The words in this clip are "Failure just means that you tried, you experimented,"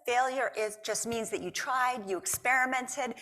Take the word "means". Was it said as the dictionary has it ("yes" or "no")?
yes